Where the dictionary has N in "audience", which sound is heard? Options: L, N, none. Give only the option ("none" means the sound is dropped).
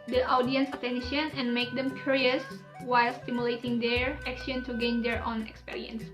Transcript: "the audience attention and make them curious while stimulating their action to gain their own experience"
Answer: N